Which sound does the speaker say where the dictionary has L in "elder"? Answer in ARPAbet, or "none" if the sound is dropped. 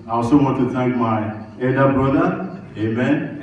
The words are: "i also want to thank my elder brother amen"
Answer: none